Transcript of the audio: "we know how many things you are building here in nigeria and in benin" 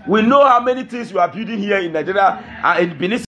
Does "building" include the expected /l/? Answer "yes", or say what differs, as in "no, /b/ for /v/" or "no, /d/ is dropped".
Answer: no, /l/ is dropped